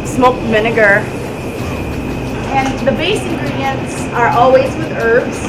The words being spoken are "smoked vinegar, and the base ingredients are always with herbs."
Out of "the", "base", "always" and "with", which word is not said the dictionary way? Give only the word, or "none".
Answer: none